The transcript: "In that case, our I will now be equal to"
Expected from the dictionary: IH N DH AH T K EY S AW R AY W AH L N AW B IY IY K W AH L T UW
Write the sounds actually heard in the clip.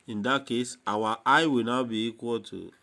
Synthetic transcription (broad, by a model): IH N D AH T K EY S AW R AY W AH L N AW B IY IY K W AH L T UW